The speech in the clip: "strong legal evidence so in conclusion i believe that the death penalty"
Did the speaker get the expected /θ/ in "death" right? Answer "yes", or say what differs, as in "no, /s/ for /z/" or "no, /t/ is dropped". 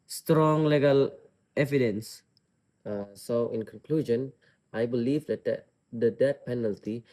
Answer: no, /t/ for /θ/